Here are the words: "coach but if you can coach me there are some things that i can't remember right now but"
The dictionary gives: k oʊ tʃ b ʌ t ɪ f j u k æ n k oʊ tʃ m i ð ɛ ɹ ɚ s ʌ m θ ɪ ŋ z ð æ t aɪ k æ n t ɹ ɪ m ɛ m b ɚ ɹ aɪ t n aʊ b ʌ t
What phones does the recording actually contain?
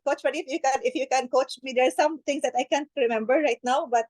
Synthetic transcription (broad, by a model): k oʊ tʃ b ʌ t ɪ f j u k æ n k oʊ tʃ m i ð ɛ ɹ s ʌ m t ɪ ŋ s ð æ t aɪ k æ n t ɹ ɪ m ɛ m b ɚ ɹ aɪ t n aʊ b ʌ t